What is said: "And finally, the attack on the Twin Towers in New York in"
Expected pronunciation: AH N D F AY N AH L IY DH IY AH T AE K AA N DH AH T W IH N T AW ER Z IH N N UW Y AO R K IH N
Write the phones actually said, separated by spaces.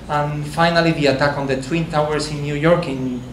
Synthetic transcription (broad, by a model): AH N F AY N AH L IY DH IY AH T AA K AA N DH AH T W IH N T AW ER S IH N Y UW Y AO R K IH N